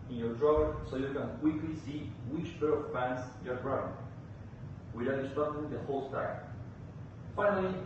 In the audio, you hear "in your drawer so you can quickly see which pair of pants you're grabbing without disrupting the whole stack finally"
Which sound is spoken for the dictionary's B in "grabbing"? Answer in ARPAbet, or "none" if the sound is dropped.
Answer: none